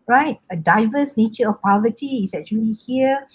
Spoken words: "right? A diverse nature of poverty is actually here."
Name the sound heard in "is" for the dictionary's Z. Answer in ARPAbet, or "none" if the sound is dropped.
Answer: S